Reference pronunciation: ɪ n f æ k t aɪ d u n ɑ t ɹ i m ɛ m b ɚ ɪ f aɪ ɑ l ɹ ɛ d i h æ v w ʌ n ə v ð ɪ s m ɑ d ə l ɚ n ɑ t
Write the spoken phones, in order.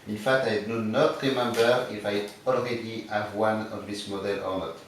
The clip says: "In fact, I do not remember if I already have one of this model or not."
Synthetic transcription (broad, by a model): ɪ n f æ t aɪ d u n ɑ t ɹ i m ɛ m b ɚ ɪ f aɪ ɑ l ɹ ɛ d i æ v w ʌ n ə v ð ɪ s m ɑ d ə l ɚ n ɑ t